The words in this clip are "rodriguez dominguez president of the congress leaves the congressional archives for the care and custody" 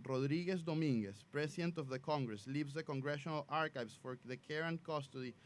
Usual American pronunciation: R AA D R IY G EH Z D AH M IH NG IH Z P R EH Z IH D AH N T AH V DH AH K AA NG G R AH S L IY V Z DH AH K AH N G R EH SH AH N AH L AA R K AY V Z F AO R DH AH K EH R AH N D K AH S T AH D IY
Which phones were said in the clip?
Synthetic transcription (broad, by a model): R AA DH R IY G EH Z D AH M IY NG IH S P R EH S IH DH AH N T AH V DH AH K AA NG G R AH S L IY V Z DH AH K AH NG G R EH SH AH N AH L AA R K AY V S F AO R DH AH K EH R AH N K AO S T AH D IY